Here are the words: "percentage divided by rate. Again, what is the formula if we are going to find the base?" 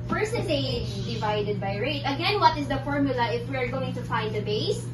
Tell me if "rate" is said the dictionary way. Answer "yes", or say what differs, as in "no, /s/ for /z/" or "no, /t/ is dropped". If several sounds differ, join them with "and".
yes